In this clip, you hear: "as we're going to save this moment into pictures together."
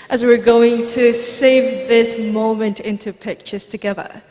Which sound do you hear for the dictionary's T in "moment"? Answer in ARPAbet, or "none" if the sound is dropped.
T